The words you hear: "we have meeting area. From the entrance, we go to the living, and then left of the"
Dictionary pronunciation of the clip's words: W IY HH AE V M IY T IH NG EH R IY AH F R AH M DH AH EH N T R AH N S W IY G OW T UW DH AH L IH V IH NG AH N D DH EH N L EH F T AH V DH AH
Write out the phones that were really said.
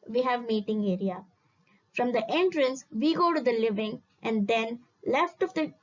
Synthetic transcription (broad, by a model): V IY HH AE V M IY T IH NG EH R IY AH F R AH M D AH EH N T R AH N S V IY G OW T UW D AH L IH V IH NG AH N D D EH N L EH F T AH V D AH